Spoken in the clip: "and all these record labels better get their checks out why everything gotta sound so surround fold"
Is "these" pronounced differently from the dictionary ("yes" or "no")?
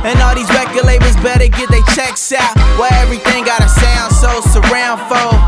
no